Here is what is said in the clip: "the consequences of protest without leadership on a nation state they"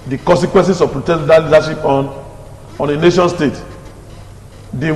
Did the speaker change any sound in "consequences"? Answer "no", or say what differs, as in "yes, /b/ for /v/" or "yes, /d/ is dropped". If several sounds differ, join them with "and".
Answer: yes, /s/ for /z/